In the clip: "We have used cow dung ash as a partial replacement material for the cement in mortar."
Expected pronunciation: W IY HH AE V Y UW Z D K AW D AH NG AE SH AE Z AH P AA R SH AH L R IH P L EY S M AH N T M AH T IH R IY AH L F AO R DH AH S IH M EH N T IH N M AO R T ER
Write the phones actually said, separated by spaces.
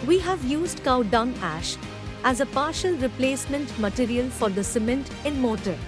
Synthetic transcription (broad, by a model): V IY HH AE V Y UW Z D K AW D AH NG AE SH AE Z AH P AA R SH AH L R IH P L EY S M AH N T M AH T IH R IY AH L F AO R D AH S IH M EH N T IH N M AO T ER